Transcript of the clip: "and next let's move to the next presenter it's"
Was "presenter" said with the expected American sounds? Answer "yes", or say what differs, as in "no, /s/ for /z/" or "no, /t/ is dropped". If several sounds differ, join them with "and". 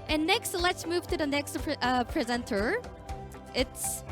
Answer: yes